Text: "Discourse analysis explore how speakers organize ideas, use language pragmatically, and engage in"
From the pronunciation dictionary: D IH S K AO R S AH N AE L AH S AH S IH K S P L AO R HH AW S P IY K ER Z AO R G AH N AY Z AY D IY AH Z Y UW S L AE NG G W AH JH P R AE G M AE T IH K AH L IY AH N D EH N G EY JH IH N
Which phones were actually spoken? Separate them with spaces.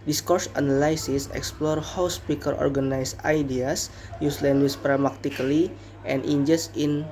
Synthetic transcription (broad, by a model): D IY S K AO R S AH N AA L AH S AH S IH K S P L AO R HH AW S P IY K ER AO R G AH N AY S AY D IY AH S Y UW S L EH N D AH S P R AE M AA T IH K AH L IY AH N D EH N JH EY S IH N